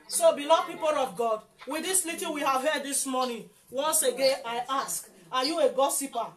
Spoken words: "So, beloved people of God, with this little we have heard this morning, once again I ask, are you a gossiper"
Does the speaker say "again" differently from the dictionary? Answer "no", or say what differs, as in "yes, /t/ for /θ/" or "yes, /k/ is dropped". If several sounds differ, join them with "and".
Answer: no